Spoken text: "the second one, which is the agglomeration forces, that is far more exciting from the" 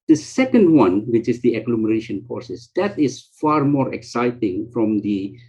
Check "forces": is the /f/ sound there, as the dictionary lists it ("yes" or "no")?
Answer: no